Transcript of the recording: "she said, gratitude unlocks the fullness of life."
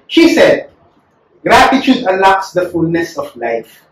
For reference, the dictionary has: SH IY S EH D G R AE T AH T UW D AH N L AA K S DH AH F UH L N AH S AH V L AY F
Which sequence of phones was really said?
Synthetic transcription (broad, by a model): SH IY S EH D G R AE T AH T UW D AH L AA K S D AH F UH L N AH S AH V L AY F